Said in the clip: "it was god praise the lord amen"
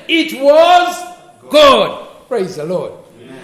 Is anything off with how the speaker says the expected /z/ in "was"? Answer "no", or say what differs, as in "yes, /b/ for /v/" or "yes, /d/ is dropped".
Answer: no